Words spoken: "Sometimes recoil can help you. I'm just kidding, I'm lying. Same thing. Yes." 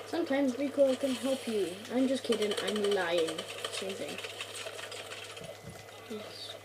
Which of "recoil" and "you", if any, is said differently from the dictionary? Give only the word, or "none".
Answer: recoil